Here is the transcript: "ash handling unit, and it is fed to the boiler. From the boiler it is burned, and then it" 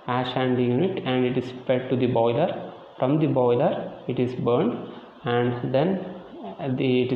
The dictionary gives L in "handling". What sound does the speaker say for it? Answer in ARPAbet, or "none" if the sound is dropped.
none